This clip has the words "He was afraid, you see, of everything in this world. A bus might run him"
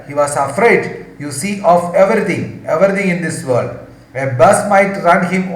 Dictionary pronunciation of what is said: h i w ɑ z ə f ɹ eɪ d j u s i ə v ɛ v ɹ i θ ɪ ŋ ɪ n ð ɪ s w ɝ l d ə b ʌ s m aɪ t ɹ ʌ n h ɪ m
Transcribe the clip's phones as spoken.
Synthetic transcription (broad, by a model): h i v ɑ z ə f ɹ eɪ d j u s i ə v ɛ v ɹ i t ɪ ŋ ɪ n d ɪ s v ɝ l d ə b ʌ s m aɪ t ɹ ʌ n h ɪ m